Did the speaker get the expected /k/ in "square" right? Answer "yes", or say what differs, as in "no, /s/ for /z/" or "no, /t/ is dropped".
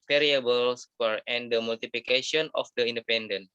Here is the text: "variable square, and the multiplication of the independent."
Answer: no, /k/ is dropped